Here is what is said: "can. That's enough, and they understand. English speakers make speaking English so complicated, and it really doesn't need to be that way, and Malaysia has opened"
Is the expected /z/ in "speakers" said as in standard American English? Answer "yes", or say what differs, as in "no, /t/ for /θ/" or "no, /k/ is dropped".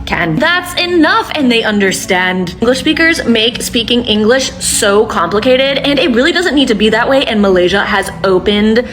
yes